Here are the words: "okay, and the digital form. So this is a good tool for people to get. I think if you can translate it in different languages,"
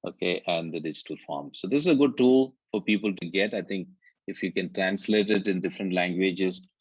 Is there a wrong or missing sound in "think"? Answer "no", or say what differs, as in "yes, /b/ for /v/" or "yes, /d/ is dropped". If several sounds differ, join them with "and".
yes, /t/ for /θ/